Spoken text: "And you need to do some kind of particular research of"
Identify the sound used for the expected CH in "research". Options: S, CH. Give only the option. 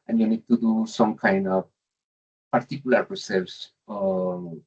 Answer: S